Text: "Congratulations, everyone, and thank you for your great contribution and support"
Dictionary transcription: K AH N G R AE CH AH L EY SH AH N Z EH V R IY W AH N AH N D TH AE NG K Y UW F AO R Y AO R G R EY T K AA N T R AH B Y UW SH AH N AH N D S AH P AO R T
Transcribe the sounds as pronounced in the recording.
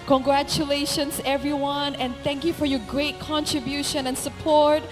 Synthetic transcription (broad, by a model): K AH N G R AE CH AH L EY SH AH N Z EH V R IY W AH N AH N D TH AE NG K Y UW F AO R Y AO R G R EY T K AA N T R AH B Y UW SH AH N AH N S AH P AO R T